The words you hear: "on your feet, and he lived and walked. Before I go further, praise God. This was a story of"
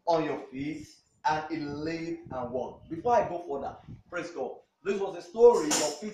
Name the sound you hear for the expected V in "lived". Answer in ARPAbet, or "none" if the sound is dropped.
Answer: none